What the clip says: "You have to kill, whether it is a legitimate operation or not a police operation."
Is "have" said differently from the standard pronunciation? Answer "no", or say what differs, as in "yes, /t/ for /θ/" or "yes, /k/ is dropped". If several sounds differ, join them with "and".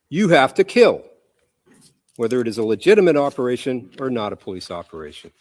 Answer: yes, /f/ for /v/